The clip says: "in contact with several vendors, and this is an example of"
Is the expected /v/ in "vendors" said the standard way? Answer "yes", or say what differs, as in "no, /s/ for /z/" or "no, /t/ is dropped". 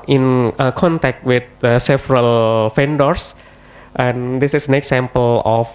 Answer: no, /f/ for /v/